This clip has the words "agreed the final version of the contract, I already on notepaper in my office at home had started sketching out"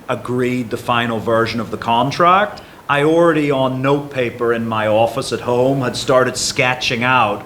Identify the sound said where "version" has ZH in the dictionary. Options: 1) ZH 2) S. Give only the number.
1